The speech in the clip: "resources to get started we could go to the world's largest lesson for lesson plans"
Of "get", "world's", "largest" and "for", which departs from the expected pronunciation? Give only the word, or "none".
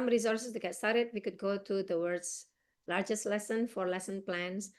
world's